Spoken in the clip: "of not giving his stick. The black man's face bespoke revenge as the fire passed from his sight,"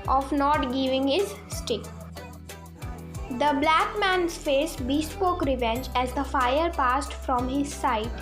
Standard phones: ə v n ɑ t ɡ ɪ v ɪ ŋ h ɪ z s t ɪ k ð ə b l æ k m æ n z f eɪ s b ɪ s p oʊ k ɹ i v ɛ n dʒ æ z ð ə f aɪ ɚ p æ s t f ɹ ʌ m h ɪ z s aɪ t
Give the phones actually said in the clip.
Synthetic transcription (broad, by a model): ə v n ɑ t ɡ ɪ v ɪ ŋ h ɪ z s t ɪ k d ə b l æ k m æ n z f eɪ s b ɪ s p oʊ k ɹ i v ɛ n dʒ æ z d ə f aɪ ɚ p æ s t f ɹ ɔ m h ɪ z s aɪ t